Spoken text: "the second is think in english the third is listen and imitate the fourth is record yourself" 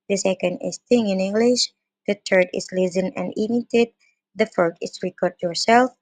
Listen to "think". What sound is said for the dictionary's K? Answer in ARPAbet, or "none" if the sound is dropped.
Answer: none